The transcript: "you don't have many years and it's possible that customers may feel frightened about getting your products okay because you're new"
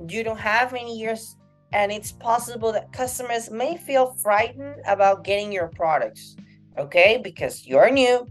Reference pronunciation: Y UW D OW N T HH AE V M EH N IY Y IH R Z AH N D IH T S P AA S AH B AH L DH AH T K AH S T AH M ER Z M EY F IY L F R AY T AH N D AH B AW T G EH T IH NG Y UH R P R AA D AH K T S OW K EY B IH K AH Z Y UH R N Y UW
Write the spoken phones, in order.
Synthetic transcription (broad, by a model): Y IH D OW N T HH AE V M EH N IY Y IH R Z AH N IH T S P AA S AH B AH L DH AH T K AH S T AH M ER Z M EY F IY L F R AY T N D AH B AW T G EH T IH NG Y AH R P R AA D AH K T S OW K EY B IH K AH Z Y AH R N Y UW